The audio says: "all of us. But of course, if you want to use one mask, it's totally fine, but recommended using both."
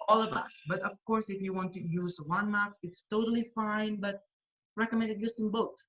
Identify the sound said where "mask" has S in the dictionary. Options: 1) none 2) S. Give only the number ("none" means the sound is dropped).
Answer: 1